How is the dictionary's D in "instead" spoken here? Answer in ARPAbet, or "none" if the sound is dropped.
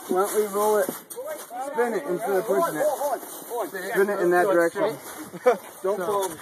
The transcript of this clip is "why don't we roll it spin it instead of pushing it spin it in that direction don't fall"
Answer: none